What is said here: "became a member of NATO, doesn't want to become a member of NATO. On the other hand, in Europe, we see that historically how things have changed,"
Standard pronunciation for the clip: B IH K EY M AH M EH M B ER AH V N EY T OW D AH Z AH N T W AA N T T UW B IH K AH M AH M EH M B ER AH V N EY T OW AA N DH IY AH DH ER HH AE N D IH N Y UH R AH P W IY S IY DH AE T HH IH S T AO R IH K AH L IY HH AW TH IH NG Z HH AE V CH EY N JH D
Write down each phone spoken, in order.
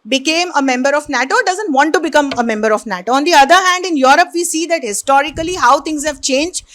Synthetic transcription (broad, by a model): B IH K EY M AH M EH M B ER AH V N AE T OW D AH Z AH N T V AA N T T UW B IH K AH M AH M EH M B ER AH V N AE T OW AA N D IY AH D ER HH AE N D IH N Y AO R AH P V IY S IY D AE T HH IH S T AO R IH K AH L IY HH AW T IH NG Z HH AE V CH EY N JH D